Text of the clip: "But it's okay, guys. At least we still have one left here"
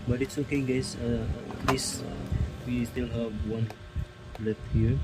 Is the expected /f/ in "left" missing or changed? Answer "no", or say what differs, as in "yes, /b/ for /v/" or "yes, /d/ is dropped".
yes, /f/ is dropped